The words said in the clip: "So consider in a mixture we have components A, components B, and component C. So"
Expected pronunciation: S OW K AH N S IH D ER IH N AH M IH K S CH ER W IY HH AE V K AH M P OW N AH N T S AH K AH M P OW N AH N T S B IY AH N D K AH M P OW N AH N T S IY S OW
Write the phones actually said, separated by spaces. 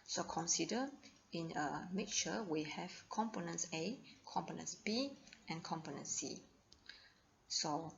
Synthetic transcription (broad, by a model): S OW K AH N S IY D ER IH N AH M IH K CH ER W IY HH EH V K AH M P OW N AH N S AH K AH M P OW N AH N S B IY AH N K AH M P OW N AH N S S IY S OW